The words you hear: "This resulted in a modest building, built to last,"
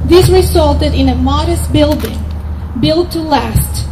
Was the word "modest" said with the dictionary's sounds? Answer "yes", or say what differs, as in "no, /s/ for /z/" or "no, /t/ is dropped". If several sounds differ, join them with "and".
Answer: yes